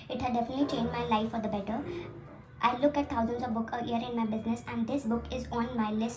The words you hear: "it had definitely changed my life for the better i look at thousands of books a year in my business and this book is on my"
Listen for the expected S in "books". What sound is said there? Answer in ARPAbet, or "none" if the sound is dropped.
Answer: none